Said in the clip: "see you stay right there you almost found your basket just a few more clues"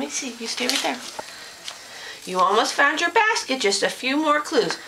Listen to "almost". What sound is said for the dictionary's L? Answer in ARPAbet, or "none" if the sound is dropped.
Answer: L